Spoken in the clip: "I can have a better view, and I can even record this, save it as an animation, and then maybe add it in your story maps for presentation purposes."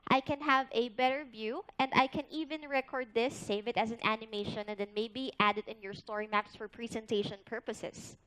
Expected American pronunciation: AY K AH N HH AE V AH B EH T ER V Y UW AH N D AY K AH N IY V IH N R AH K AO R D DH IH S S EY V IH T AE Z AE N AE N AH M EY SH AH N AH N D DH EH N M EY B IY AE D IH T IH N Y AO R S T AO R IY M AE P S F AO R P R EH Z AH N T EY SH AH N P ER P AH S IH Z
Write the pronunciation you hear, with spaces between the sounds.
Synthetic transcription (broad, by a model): AY K AH N HH AE V AH B EH T ER V Y UW AH N D AY K AH N IY V IH N R AH K AO R D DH IH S S EY V IH T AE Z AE N AE N AH M EY SH AH N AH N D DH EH N M EY B IY AE D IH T IH N Y AO R S T AO R IY M AE P S F AO R P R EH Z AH N T EY SH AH N P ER P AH S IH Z